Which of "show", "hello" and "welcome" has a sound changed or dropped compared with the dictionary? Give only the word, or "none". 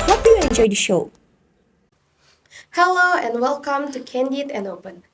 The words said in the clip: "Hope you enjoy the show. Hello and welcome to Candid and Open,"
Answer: none